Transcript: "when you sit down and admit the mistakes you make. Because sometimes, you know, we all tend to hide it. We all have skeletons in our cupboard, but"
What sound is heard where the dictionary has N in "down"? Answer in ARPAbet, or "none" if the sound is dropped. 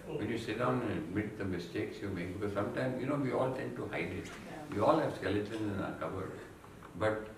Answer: none